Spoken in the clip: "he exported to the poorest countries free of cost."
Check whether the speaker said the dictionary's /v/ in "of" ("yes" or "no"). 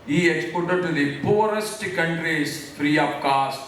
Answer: no